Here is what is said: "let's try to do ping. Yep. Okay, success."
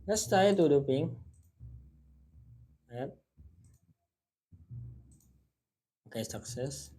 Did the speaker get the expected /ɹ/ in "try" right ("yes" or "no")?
no